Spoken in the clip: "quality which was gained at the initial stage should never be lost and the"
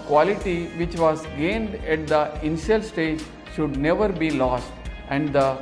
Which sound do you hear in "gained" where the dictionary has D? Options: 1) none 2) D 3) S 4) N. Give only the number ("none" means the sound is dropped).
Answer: 2